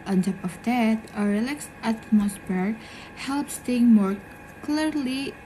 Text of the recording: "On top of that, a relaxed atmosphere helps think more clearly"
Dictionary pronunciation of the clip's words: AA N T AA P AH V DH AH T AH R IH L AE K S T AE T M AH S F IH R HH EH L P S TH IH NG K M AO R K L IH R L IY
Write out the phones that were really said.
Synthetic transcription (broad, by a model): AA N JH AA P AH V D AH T AH R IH L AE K S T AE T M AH S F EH R HH EH L P S T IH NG M AO R K L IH R L IY